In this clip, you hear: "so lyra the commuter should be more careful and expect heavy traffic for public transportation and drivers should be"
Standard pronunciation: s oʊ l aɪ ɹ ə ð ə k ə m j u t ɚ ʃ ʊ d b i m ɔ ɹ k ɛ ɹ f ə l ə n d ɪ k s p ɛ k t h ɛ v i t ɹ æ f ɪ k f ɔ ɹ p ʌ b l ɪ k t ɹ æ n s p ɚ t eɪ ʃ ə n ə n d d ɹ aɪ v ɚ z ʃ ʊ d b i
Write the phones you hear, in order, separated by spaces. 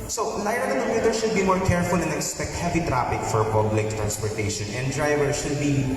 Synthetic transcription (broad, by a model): s oʊ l aɪ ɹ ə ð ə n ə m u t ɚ ʃ ʊ d b i m ɔ ɹ k ɛ ɹ f ə l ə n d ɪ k s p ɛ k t h ɛ v i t ɹ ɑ p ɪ k f ɔ ɹ p ʌ b l ɪ k t ɹ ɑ n s p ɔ t eɪ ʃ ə n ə n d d ɹ aɪ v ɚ ʃ ʊ d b i